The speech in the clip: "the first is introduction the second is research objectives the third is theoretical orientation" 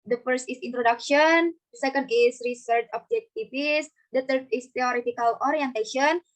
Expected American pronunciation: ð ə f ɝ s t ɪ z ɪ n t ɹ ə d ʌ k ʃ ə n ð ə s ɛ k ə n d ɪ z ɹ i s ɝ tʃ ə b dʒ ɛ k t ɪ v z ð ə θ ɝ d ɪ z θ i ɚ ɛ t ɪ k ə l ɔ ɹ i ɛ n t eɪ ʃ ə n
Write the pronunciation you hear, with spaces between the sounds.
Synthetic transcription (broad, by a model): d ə f ɝ s t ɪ s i n t ɹ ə d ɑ k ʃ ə n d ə s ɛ k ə n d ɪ s ɹ i s ɝ tʃ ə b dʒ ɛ k t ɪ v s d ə t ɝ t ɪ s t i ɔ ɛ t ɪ k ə l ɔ ɹ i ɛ n t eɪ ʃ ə n